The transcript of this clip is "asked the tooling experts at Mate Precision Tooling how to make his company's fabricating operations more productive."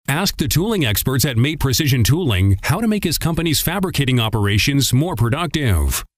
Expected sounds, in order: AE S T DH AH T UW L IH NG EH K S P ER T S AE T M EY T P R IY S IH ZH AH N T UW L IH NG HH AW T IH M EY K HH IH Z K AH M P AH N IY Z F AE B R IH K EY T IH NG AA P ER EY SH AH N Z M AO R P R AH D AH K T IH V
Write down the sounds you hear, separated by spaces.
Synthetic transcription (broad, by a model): AE S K DH AH T UW L IH NG EH K S P ER T S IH T M EY T P R IY S IH ZH AH N T UW L IH NG HH AW T IH M EY K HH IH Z K AH M P AH N IY Z F AE B R IH K EY T IH NG AA P ER EY SH AH N Z M AO R P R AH D AH K T IH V